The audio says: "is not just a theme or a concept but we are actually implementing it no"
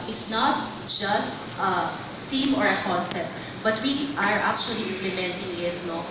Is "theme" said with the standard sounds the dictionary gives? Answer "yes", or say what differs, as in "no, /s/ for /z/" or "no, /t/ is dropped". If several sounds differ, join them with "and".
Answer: no, /t/ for /θ/